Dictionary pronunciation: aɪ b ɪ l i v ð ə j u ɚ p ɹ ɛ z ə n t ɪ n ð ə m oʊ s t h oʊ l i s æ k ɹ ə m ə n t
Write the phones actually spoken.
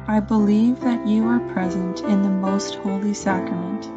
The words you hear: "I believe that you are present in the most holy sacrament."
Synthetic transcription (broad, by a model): aɪ b ɪ l i v ð ə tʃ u ɚ p ɹ ɛ z ə n t ɪ n ð ə m oʊ s t h oʊ l i s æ k ɹ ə m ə n t